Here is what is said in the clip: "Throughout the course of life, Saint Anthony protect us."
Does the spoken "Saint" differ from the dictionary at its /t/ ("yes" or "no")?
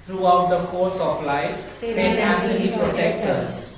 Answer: yes